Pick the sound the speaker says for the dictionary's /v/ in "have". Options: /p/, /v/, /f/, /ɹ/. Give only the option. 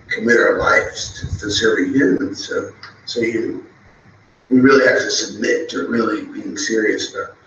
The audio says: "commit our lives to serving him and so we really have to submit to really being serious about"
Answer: /f/